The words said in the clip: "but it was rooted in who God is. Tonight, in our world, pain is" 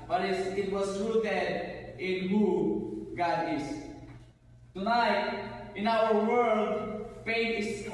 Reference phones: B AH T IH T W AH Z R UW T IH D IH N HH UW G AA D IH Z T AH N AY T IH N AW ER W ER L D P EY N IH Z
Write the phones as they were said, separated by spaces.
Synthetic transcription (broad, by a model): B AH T IH T W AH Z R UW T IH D IH N HH UW G AA D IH S T AH N AY T IH N AW ER W ER L D F EY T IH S